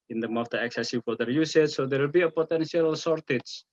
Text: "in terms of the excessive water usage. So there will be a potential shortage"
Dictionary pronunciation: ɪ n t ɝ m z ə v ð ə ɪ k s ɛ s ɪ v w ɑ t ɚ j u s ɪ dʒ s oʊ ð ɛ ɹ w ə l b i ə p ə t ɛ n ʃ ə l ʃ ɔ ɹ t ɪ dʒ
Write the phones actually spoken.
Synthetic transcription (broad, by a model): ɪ n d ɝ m ə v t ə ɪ k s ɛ s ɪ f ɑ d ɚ j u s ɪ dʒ s oʊ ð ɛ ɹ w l b i ə p ə t ɛ n ʃ ə l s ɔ ɹ t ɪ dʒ